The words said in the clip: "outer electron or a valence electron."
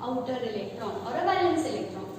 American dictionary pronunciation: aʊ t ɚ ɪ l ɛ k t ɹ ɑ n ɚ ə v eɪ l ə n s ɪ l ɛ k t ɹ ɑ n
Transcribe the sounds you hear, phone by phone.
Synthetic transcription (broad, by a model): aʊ t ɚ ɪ l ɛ k t ɹ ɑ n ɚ ə b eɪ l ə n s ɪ l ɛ k t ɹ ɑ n